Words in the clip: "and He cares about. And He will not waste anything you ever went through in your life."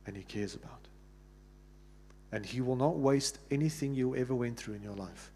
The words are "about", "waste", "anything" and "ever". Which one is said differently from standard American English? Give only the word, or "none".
none